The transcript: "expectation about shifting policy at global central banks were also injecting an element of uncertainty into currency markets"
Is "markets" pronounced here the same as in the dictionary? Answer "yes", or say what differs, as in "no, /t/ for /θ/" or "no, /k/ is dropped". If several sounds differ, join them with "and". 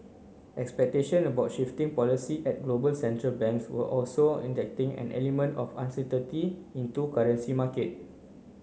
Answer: no, /s/ is dropped